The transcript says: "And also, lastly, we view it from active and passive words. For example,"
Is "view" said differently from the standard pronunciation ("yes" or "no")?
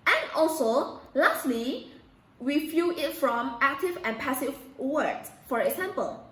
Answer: yes